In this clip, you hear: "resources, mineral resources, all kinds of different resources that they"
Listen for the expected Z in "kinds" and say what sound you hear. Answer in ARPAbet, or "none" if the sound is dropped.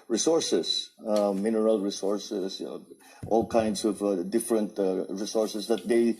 S